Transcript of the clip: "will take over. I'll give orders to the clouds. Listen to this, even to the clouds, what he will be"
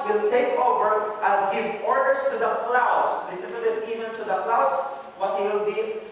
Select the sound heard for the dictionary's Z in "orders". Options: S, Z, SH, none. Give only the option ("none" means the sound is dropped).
S